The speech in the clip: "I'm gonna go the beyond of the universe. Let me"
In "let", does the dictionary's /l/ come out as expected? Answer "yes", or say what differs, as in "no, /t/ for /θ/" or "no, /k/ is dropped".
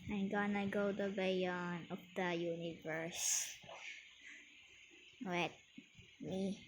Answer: no, /w/ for /l/